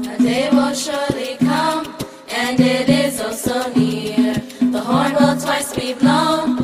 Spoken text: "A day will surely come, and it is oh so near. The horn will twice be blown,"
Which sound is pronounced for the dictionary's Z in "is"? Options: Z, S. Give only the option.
Z